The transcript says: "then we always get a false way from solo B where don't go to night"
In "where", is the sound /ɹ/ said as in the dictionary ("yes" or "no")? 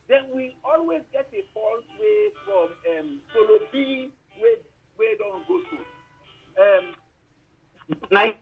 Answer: no